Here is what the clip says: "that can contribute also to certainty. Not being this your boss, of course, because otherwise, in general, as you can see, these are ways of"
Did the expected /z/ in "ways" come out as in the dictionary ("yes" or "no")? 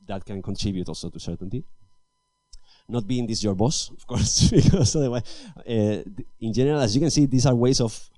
no